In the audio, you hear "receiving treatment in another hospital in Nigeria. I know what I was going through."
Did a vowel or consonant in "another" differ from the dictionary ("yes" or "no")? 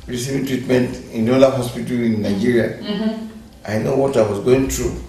yes